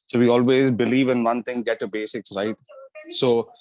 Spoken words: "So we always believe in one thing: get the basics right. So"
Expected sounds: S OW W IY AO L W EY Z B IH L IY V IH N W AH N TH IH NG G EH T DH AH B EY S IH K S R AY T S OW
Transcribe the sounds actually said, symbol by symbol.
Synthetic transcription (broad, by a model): S OW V IY AO L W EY Z B IH L IY V IH N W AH N T IH NG G EH T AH B EY S IH K S R AY T S OW